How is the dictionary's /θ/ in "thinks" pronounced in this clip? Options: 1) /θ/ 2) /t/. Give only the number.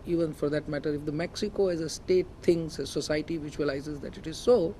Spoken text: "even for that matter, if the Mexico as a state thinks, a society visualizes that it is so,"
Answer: 2